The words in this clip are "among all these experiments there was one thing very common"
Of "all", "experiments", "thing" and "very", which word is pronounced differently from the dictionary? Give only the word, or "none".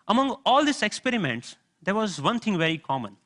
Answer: thing